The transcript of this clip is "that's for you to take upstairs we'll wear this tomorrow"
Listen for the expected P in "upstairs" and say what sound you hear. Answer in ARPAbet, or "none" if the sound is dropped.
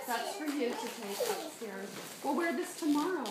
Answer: none